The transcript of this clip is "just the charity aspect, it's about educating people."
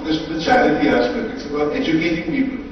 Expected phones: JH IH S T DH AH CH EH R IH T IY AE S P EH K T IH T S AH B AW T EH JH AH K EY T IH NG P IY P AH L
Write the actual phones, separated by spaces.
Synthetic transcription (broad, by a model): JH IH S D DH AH CH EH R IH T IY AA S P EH T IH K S AH B AW T EH JH AH K EY T IH NG P IY P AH L